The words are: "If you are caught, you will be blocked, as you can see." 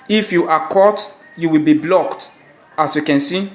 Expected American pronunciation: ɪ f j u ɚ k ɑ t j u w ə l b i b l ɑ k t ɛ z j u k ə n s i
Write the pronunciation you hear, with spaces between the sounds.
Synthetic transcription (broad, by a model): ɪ f j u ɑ k ɑ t j u w ə l b i b l ɑ k t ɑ s j u k ə n s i